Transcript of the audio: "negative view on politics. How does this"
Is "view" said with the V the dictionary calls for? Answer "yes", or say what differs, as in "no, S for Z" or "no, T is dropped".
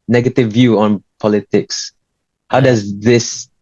yes